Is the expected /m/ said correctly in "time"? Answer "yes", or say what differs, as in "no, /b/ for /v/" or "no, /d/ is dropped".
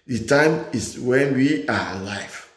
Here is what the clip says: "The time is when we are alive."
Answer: yes